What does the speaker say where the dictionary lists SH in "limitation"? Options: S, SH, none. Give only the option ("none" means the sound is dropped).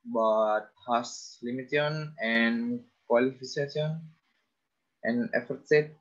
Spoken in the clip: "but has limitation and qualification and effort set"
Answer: none